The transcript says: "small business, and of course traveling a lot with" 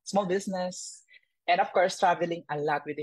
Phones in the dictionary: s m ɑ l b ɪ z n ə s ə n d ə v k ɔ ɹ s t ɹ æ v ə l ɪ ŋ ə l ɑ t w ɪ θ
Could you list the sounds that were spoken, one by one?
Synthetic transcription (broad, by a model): s m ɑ l b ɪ s n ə s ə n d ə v k ɔ ɹ s t ɹ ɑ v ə l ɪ ŋ ə l ɑ t w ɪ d